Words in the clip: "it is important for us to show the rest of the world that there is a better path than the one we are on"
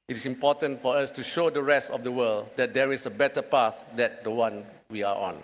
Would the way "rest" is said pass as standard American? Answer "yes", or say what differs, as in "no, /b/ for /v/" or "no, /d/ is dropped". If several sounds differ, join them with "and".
yes